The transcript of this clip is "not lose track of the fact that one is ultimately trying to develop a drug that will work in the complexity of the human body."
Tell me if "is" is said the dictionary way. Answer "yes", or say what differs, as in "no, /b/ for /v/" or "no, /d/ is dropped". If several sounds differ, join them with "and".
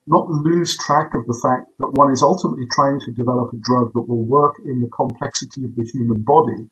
yes